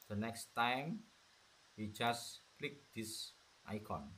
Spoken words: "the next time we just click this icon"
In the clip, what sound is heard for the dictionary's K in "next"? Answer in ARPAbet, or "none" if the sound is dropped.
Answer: K